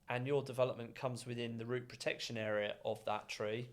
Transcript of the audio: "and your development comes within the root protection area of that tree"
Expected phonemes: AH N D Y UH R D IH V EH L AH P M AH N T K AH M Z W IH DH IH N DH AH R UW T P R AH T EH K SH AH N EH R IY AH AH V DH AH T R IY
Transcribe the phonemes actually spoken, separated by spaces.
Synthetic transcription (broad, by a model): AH N Y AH D IH V EH L AH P M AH N K AH M Z W IH DH IH N DH AH R UW T P R AH T EH K SH AH N EH R IY AH AH V DH AH T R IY